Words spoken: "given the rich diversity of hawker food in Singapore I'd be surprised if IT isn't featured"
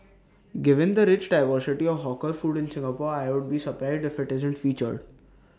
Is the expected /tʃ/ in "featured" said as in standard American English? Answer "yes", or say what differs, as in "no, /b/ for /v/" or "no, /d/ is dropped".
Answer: yes